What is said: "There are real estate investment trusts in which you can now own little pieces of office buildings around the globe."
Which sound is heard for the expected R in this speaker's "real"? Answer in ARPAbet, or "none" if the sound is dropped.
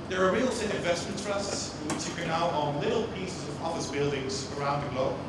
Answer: R